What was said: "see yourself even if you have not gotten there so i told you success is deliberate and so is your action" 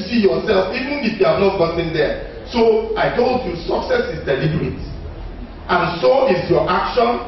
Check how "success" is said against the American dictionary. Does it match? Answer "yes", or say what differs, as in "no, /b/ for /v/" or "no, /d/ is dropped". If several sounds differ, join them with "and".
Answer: yes